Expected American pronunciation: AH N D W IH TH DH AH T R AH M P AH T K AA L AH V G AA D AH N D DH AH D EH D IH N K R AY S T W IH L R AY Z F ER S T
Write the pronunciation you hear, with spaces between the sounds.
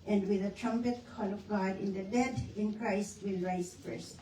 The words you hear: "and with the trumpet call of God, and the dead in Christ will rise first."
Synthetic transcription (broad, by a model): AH N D W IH DH AH T R AH M P AH T K AA L AH V G AA D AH N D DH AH D EH D IH N K R AY S T W IH L R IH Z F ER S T